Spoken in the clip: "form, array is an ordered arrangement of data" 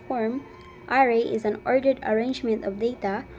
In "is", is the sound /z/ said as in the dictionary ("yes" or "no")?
yes